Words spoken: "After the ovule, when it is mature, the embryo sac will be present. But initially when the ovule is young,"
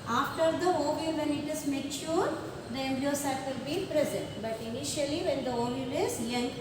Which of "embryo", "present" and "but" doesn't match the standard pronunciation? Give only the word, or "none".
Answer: embryo